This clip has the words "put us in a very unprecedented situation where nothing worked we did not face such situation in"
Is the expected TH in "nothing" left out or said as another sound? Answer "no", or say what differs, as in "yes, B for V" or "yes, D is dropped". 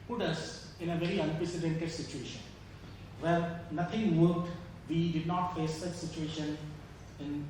yes, T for TH